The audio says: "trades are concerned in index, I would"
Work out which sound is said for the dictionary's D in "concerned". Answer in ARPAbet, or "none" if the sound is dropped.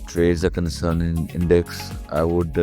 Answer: none